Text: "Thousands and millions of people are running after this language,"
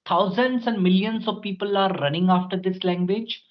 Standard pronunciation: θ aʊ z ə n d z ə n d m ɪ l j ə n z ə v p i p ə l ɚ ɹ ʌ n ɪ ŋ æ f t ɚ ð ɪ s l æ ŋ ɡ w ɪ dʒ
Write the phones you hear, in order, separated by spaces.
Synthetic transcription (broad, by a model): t aʊ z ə n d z ə n d m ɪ l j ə n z ə v p i p ə l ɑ ɹ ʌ n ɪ ŋ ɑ f t ɚ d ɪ s l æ ŋ ɡ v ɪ dʒ